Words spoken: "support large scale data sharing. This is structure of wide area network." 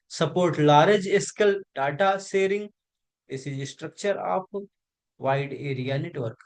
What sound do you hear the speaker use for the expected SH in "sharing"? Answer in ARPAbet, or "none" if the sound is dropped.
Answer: S